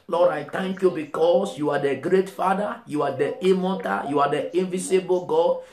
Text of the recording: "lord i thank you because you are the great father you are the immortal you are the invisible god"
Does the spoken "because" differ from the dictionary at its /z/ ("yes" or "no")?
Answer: yes